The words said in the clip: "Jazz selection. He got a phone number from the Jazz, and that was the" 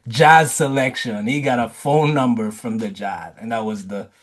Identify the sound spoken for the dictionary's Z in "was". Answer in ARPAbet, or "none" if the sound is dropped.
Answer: Z